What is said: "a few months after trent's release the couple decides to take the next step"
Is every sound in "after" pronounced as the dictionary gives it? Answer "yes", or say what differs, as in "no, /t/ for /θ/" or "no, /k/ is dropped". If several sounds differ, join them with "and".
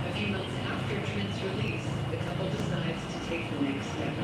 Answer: yes